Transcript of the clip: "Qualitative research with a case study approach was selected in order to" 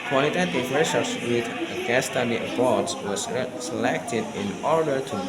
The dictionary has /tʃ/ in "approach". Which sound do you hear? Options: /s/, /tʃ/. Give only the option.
/s/